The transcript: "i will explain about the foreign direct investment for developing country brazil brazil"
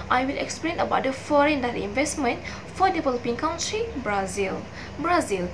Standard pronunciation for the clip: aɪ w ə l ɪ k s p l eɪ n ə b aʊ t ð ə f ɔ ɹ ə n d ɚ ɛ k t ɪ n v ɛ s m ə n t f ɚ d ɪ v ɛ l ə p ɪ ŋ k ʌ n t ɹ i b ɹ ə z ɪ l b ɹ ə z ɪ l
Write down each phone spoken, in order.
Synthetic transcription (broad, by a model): aɪ w ə l ɪ k s p l eɪ n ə b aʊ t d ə f ɔ ɹ ə n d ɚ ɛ t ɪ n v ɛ s m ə n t f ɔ d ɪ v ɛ l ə p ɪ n k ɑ n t ɹ i b ɹ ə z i l b ɹ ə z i l